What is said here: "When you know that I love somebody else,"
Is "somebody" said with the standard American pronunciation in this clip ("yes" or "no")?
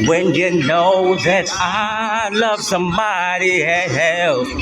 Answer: no